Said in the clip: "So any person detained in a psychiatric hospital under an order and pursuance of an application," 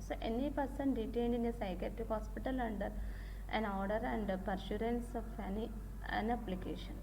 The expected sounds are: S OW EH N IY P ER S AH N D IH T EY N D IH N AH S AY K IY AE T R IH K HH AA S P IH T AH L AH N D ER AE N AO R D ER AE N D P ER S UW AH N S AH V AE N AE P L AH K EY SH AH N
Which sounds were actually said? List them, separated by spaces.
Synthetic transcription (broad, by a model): S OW EH N IY P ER S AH N D IH T EY N D IH N AH S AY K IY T IH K HH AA S P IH T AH L AH N D ER AE N AO R D ER AE N D P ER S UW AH N S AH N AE N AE P L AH K EY SH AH N